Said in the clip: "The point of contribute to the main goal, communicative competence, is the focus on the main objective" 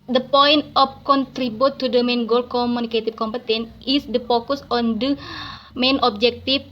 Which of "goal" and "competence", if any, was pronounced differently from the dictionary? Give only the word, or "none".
competence